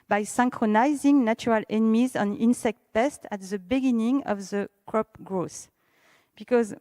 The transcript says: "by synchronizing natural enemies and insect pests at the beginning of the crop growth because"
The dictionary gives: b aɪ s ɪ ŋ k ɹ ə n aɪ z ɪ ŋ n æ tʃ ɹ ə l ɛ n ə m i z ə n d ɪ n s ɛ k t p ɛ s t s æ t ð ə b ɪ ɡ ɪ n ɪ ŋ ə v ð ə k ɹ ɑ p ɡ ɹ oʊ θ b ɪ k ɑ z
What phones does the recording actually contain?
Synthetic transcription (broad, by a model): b aɪ s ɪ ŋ k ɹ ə n aɪ z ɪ ŋ n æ tʃ ɹ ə l ɛ n ə m i z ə n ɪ n s ɛ k t p ɛ s t æ t ð ə b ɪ ɡ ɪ n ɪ ŋ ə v ð ə k ɹ ɑ p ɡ ɹ oʊ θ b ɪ k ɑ z